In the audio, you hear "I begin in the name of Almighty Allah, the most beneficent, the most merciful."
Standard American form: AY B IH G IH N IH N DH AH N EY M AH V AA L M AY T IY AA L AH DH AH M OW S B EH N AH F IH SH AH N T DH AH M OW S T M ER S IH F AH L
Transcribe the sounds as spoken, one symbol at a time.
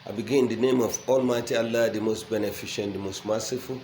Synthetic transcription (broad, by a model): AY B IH G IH IH N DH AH N EY M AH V AA L M AY T IY AA L AH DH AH M OW S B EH N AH F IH SH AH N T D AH M OW S T M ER S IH F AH L